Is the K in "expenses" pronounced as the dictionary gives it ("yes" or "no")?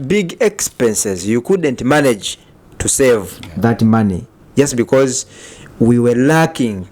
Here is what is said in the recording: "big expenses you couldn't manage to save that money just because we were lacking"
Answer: yes